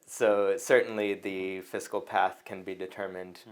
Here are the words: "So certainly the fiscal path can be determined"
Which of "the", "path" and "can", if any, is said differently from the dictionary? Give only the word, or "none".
none